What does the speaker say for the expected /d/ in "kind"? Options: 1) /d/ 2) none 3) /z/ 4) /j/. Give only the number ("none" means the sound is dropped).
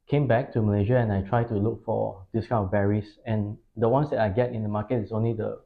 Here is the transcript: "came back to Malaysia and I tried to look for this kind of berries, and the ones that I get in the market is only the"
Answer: 2